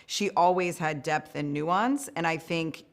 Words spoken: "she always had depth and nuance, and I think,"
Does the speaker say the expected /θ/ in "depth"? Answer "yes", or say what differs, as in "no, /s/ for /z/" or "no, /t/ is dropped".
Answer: yes